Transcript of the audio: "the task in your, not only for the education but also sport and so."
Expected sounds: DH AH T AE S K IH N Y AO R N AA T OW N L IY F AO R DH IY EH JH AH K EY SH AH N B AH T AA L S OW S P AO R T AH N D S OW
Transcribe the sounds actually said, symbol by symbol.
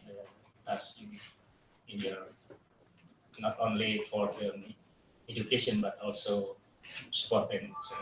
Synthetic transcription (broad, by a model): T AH S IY IH N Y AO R N AA T OW N L IY F AO R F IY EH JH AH K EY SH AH N B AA T AA L S OW S P AO R T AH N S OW